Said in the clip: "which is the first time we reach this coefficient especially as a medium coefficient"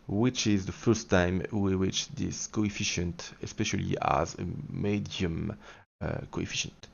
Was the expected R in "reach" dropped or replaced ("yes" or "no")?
yes